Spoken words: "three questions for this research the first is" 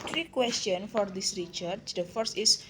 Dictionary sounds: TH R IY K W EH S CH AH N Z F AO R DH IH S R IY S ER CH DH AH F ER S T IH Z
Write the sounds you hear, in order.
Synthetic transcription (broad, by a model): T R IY K W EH S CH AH N F AO R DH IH S R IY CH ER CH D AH F ER S T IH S